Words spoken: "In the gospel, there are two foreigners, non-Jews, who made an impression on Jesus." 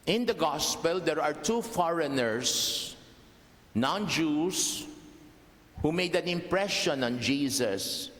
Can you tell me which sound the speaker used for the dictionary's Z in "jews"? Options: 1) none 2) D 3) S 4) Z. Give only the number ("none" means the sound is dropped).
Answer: 3